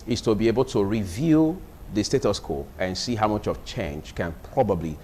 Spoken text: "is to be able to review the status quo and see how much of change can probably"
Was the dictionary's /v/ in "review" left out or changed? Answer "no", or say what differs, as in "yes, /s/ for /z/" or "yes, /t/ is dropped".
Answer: no